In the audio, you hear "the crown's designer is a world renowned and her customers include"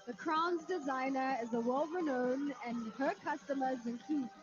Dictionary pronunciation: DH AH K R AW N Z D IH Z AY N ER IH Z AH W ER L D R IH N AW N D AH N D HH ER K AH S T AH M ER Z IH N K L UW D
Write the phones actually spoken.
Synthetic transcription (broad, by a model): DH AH K R AW N Z D IH Z AY N ER IH Z AH W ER L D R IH N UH N AH N HH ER K AH S T AH M ER Z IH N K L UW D